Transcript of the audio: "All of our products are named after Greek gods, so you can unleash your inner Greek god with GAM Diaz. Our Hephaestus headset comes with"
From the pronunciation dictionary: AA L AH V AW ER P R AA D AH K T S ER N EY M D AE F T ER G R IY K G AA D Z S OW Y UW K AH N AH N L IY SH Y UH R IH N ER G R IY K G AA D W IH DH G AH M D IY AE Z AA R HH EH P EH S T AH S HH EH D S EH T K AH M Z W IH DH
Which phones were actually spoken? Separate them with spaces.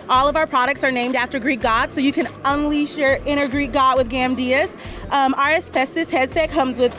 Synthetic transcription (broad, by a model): AA L AH V AW ER P R AA D AH K T S ER N EY M D AE F T ER G R IY K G AA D S OW Y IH K AH N AH N L IY SH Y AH R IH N ER G R IY K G AA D W IH DH G AH M D IY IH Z AA R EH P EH S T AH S HH EH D S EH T K AH M Z W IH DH